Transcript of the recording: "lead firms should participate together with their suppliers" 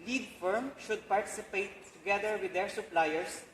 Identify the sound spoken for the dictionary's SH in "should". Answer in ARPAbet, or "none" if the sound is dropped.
SH